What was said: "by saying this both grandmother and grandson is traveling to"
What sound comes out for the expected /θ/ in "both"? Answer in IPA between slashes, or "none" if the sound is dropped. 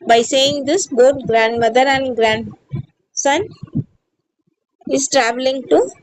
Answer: /t/